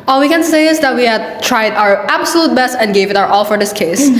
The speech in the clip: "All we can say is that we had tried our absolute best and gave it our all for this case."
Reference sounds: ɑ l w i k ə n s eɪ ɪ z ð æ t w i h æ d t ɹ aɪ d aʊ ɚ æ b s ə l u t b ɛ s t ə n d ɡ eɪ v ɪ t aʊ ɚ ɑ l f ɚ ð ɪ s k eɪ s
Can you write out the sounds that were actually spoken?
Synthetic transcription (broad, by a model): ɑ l w i k ə n s eɪ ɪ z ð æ t w i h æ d t ɹ aɪ d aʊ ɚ æ b s ə l u t b ɛ s t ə n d ɡ eɪ v ɪ t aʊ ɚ ɑ l f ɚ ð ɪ s k eɪ s